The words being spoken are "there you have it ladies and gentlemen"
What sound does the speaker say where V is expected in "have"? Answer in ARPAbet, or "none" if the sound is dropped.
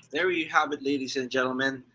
B